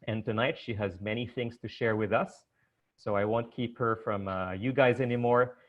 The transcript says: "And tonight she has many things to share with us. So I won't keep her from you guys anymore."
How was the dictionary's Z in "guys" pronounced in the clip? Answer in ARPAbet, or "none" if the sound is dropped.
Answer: Z